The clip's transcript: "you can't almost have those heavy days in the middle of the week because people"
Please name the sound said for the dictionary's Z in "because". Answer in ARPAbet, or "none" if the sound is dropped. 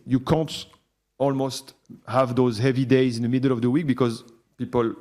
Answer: Z